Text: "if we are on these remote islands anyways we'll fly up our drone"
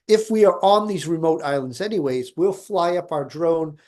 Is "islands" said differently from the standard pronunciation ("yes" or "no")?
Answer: no